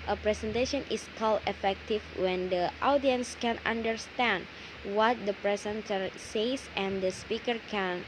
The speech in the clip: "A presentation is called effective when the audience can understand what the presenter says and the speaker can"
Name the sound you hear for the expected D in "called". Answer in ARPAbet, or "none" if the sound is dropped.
none